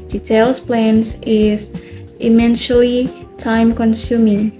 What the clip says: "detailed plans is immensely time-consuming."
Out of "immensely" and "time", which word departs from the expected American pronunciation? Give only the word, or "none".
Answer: immensely